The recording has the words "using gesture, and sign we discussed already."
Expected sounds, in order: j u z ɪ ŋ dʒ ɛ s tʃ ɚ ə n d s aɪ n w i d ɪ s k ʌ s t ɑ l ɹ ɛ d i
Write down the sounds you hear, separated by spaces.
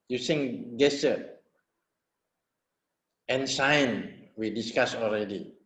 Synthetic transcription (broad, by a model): j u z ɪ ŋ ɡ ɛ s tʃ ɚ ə n s aɪ n w i d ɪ s k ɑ s ɑ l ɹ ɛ d i